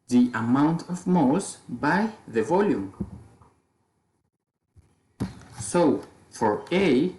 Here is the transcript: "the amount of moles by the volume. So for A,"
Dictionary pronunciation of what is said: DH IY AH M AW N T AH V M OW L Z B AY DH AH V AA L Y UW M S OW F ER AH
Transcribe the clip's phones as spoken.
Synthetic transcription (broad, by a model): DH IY AH M AW N T AH V M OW Z B AY DH AH V AA L Y UW M S OW F ER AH